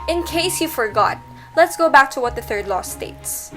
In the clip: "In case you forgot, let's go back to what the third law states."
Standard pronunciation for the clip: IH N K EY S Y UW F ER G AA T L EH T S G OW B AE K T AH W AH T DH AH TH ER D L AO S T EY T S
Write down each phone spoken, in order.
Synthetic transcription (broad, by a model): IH N K EY S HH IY F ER G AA T L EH T S G OW B AE K T AH W AH T DH AH TH ER D L AO S T EY T S